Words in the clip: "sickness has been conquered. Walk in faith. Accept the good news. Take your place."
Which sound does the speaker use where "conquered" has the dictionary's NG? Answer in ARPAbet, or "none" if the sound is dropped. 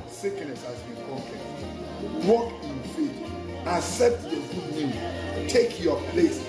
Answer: none